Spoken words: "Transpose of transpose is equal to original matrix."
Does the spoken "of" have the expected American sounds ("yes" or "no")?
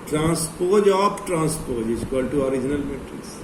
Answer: no